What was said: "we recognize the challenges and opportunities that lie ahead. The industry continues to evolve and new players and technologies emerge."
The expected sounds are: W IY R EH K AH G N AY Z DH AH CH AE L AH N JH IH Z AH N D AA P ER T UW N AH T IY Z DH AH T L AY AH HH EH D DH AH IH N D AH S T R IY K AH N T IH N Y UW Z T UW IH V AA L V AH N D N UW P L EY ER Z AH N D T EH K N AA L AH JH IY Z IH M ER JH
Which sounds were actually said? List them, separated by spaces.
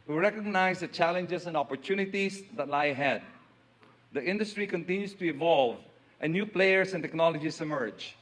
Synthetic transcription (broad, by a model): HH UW R EH K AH G N AY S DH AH CH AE L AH N JH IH S AH N D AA P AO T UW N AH T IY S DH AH T L AY AH HH EH D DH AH IH N D AH S T R IY K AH N T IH N Y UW S T UW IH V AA L V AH N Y UW P L EY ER S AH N T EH K N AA L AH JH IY S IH M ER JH